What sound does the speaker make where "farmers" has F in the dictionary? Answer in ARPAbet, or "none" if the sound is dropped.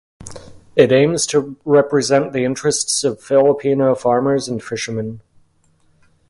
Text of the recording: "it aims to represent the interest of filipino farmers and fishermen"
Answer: F